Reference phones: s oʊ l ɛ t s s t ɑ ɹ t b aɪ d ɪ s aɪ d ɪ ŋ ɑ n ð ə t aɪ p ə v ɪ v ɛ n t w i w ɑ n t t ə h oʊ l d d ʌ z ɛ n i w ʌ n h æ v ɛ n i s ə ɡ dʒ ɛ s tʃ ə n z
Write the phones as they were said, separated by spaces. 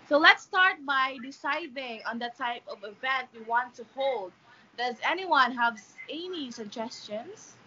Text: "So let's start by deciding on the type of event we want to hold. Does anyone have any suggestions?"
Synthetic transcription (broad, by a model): s oʊ l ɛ t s s t ɑ ɹ t b aɪ d ɪ s aɪ d ɪ ŋ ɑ n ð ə t aɪ p ə v ɪ v ɛ n t w i w ɑ n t t ə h oʊ l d d ʌ z ɛ n i w ʌ n h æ v ɛ n i s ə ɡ dʒ ɛ s tʃ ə n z